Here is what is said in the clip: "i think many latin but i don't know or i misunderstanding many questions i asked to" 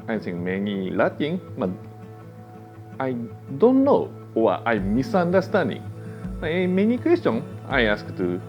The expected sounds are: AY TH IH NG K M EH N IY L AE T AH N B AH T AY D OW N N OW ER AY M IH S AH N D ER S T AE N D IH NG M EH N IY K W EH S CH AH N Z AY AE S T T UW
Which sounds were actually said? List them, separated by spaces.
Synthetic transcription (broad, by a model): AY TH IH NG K M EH N IY L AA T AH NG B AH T AY D OW N N OW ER AY M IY S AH N D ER S T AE N D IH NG M EH N IY K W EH S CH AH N AY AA S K T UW